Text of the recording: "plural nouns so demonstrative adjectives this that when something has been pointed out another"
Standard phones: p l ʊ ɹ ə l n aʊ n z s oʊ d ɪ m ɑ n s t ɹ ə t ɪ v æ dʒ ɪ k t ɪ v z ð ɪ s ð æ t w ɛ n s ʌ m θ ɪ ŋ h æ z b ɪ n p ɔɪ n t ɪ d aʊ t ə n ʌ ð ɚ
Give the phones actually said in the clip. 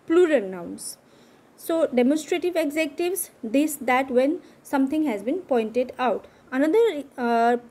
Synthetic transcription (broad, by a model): p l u ɹ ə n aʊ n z s oʊ d ɪ m ɑ n s t ɹ ə t ɪ v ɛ z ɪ k t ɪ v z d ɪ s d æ t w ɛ n s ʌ m t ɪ ŋ h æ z b ɪ n p ɔɪ n t ɪ d aʊ t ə n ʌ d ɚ